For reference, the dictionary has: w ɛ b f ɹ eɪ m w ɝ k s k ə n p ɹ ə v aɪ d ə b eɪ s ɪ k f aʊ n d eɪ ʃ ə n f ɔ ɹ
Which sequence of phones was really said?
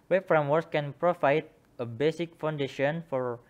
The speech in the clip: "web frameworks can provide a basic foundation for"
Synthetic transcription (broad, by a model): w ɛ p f ɹ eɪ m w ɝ s k ə n p ɹ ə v aɪ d ə b eɪ s ɪ k f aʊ n d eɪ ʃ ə n f ɔ ɹ